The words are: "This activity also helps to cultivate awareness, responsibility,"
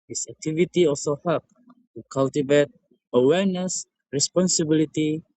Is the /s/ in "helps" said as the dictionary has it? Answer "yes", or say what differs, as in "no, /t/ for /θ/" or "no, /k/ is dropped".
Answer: no, /s/ is dropped